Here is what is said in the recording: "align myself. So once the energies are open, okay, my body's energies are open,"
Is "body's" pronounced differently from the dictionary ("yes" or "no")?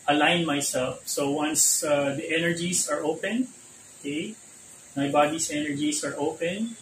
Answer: yes